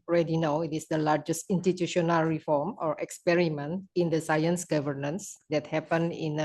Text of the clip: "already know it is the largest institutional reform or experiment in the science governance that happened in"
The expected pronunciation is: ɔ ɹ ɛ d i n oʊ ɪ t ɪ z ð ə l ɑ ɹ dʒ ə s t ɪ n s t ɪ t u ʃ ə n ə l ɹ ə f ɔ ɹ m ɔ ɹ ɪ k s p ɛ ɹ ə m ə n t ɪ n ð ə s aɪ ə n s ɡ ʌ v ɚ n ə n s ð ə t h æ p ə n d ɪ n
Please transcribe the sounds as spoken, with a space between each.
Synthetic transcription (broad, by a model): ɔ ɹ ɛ d i n oʊ ɪ t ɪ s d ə l ɑ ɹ dʒ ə s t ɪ n s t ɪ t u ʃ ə n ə l ɹ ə f ɔ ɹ m ɔ ɹ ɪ k s p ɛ ɹ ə m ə n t ɪ n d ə s aɪ ə n s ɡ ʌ v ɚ n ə n s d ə t h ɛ p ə n ɪ n